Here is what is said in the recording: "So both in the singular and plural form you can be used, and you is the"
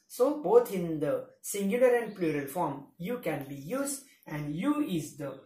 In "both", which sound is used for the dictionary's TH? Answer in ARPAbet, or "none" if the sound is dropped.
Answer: T